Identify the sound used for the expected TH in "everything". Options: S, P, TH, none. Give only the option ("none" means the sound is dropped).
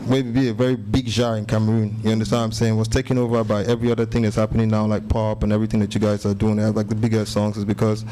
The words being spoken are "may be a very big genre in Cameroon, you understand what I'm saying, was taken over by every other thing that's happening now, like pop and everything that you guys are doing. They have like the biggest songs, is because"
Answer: TH